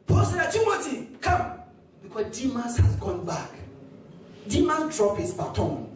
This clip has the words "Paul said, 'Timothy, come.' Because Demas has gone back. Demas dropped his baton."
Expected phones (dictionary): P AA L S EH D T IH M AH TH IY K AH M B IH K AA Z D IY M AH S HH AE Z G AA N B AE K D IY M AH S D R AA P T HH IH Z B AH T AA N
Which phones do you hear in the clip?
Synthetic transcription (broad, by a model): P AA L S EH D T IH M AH T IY K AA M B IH K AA D IY M AH S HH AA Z G AA N B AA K D IY M AH S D R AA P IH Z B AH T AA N